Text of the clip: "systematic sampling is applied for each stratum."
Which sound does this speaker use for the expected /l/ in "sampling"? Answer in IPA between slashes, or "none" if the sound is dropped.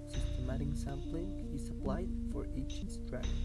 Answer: /l/